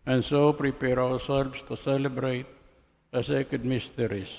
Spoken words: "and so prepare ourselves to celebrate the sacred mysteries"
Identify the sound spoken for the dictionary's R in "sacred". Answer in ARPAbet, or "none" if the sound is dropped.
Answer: none